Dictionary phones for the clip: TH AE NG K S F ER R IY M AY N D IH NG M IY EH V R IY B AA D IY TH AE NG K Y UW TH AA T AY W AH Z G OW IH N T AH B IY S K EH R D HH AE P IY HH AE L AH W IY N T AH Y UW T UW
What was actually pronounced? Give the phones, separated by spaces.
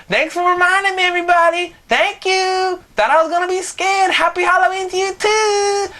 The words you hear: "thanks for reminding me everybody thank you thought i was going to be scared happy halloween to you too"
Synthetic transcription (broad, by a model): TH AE NG K S F ER R IY M AY N D IH NG M IY EH V R IY B AA D IY TH AE NG K Y UW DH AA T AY W AH Z G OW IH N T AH B IY S K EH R D HH AE P IY HH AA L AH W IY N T Y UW T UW